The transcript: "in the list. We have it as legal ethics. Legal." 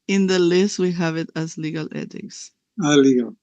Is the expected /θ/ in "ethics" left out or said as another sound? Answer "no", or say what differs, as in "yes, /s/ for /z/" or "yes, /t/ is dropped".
yes, /t/ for /θ/